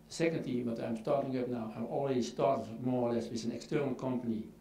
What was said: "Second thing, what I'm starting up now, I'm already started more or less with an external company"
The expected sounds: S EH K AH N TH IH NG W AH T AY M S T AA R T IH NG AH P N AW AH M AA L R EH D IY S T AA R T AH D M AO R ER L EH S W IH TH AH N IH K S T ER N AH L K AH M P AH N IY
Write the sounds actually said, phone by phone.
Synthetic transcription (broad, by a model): S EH K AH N T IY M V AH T AY M S T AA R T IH NG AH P N AW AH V AA L R EH D IY S T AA R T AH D M AO R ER L EH S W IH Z AH N IH K S T ER N AH L K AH M P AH N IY